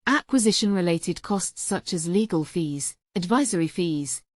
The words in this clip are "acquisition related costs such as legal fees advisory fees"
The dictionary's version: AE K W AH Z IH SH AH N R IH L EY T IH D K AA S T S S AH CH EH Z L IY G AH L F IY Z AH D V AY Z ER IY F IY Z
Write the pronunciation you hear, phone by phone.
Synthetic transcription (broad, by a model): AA K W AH Z IH SH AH N R IH L EY T IH D K AA S T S S AH CH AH Z L IY G AH L F IY Z AH D V AY Z ER IY F IY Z